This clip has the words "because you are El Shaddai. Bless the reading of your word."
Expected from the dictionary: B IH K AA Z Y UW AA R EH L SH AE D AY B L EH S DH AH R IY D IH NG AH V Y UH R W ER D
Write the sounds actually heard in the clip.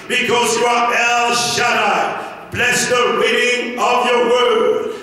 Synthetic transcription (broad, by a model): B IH K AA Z Y UW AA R EH L SH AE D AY B L EH S DH AH W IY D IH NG AH V Y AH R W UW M